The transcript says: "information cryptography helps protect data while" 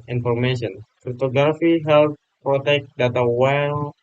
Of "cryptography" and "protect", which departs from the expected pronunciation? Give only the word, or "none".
cryptography